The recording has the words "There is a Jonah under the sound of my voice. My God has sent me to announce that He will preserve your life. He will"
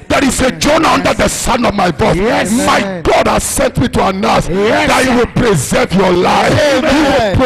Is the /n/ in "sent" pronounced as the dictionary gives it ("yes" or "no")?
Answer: yes